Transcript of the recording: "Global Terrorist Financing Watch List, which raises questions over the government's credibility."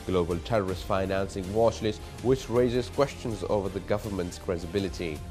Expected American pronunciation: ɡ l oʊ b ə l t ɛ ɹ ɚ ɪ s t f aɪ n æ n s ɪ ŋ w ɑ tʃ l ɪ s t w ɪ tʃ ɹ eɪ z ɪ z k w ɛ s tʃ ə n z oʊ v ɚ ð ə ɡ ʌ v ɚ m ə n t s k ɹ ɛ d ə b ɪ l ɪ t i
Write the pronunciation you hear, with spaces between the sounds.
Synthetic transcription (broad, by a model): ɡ l oʊ b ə l t ɛ ɹ ɚ ɪ s t f aɪ n æ n s ɪ ŋ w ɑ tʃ l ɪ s w ɪ tʃ ɹ eɪ z ɪ z k w ɛ s tʃ ə n z oʊ v ɚ ð ə ɡ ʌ v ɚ m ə n t s k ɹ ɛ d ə b ɪ l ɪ t i